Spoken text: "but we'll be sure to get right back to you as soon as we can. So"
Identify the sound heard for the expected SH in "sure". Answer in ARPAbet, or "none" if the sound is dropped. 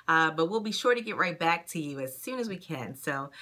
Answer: SH